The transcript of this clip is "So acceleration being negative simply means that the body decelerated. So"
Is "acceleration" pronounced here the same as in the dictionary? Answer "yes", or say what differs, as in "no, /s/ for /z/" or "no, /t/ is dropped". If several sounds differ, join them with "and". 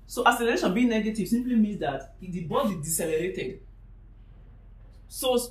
no, /k/ is dropped